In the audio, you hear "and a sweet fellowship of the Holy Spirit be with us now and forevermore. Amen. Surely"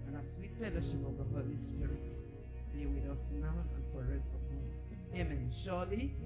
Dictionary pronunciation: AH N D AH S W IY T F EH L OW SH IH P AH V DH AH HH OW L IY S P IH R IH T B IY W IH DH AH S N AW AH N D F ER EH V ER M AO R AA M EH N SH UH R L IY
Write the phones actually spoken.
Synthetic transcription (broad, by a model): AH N AH S W IY T F EH L OW SH IH P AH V DH AH HH OW L IY S P IH R IH T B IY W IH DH AH S N AW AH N F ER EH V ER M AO AA M EH N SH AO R L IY